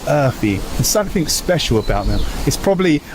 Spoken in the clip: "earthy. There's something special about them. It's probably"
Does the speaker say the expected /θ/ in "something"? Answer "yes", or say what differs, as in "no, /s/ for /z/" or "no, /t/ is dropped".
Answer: yes